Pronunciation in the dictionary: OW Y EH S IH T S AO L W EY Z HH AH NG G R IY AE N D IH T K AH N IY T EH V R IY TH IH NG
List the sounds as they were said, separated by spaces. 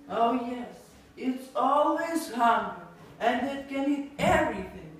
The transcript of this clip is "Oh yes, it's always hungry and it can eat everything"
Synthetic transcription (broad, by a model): OW Y EH S IH T S AO L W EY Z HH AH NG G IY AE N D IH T K AH N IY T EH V R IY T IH NG